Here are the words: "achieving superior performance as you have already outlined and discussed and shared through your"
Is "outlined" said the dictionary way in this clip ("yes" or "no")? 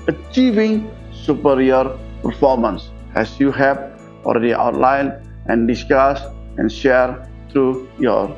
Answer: no